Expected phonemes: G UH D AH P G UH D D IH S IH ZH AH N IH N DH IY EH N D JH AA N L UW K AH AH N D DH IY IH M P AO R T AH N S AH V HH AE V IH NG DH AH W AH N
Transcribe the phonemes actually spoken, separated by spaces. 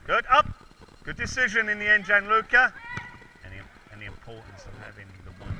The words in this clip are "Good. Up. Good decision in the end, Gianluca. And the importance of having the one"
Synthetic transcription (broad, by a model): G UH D AH P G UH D D IH S IH ZH AH N IH N DH IY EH N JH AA N L UW K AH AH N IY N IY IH P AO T N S AH V HH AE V IH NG DH AH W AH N